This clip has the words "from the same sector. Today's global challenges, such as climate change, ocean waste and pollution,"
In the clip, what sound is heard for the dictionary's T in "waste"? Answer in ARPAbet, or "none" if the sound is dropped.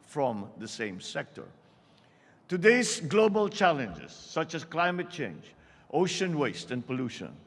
T